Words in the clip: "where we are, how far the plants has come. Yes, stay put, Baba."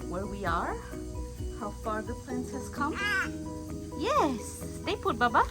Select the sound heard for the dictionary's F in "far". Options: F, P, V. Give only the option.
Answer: F